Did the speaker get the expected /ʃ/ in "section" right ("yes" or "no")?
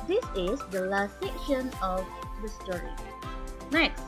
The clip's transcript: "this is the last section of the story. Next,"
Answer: yes